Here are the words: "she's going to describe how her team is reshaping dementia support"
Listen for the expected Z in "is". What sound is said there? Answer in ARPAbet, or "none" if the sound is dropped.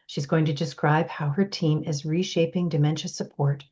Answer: Z